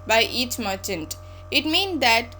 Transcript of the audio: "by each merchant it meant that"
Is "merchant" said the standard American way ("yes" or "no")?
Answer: yes